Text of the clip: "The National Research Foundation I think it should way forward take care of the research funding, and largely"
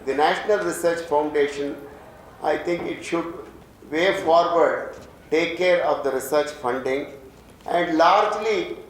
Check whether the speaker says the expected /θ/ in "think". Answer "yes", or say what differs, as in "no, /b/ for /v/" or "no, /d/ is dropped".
no, /t/ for /θ/